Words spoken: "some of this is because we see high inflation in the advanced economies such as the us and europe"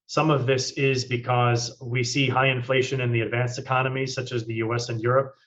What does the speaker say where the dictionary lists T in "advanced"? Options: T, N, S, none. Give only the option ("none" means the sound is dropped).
none